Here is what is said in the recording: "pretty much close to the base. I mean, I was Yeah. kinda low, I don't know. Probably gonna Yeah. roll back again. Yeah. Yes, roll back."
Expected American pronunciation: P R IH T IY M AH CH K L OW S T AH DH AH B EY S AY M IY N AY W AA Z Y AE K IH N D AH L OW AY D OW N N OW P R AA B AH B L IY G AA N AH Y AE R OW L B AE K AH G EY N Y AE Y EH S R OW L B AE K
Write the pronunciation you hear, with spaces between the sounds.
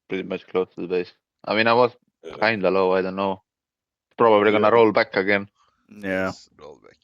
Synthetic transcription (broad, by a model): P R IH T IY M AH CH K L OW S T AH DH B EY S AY M IY N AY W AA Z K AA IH N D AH L OW AY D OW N N OW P R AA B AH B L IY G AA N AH R OW L B AE K AH G EY N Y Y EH R OW L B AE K